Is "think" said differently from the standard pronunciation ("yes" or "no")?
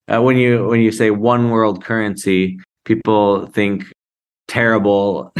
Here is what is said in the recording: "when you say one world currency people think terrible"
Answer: no